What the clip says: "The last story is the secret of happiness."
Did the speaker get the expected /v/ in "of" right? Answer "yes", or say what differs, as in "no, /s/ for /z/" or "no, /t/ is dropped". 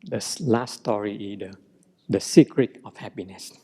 no, /f/ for /v/